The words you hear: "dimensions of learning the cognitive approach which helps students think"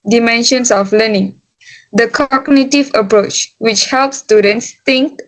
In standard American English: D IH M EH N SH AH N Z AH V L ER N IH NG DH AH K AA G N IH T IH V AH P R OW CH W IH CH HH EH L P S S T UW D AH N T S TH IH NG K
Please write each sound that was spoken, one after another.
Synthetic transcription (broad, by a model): D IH M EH N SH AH N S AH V L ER N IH NG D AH K AA G N IH T IH V AH P R OW CH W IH CH HH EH L P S S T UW D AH N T S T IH NG K